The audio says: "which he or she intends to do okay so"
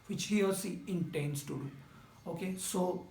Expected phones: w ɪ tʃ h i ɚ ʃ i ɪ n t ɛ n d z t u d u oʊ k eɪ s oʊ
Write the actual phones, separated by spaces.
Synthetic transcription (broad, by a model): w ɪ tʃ h i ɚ s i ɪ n t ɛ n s t u d u oʊ k eɪ s oʊ